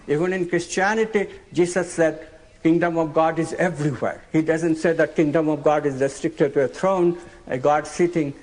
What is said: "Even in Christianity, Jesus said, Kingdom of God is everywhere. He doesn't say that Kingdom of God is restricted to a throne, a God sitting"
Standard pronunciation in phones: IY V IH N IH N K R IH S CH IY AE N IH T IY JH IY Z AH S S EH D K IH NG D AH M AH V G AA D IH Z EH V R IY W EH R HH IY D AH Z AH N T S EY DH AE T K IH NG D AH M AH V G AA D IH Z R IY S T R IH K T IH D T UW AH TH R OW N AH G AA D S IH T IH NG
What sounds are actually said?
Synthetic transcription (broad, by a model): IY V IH N IH N K R IH S CH IY AE N IH T IY JH IY S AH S S EH D K IH NG D AH M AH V G AA D IH Z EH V R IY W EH R HH IY D AH Z AH N T S EY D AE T K IH NG D AH M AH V G AA D IH Z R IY S T R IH K T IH D T UW AH T R OW N AH G AA D S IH T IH NG